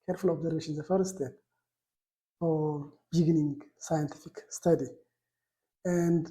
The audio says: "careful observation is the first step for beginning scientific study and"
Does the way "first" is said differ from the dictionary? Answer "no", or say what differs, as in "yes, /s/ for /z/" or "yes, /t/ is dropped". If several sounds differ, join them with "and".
yes, /s/ is dropped